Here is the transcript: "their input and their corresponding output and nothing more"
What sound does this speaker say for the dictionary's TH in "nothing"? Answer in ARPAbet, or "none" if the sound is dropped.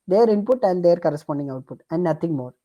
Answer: T